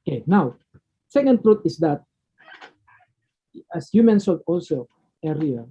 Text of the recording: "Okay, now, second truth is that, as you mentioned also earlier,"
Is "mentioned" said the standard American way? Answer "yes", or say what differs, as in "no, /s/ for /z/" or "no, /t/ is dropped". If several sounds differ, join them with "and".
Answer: no, /s/ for /ʃ/ and /n/ is dropped